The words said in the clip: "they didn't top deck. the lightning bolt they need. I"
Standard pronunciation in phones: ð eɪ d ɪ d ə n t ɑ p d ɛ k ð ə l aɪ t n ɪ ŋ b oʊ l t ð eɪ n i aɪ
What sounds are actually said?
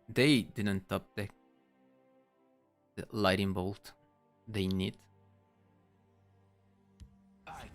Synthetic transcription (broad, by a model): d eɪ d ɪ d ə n t ɑ p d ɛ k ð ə l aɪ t ɪ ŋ b oʊ l t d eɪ n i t